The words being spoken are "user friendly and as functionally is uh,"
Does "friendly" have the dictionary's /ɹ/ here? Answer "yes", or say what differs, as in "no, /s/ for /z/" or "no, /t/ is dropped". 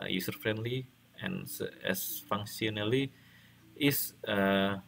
yes